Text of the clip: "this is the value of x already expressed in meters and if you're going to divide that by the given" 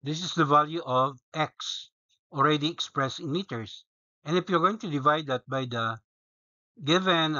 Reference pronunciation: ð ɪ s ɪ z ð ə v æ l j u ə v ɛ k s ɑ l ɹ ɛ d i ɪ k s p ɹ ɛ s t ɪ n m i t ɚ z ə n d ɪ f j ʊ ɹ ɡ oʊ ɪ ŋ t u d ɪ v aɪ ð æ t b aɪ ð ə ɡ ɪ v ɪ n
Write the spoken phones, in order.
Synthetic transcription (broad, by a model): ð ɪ s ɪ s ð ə v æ l j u ə v ɛ k s ɑ l ɹ ɛ d i ɪ k s p ɹ ɛ s t ɪ n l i t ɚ s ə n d ɪ f j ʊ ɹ ɡ oʊ ɪ ŋ t u d ɪ v aɪ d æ t b aɪ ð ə ɡ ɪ v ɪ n